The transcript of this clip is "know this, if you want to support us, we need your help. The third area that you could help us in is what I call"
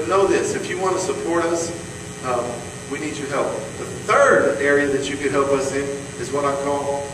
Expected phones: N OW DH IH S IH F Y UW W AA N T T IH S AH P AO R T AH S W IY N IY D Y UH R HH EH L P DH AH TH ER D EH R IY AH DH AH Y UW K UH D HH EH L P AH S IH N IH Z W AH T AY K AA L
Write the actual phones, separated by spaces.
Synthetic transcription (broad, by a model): N OW DH IH S IH F Y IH W AA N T T IH S AH P AO R T AH S W IY N IY D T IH HH EH L P DH AH TH ER D EH R IY AH DH AH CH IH K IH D HH EH L P AH S IH N IH Z W AH T AY K AA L